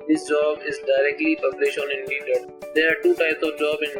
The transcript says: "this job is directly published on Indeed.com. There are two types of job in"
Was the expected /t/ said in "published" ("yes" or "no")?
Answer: no